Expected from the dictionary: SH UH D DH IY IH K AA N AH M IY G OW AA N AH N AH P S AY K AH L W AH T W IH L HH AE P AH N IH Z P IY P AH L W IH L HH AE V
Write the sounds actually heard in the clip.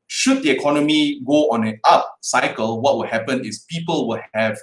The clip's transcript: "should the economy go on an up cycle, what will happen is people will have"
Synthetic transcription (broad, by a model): SH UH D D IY IH K AA N AH M IY G OW AA N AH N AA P S AY K AH L W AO T W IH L HH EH P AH N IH S P IY P AH L W IH L HH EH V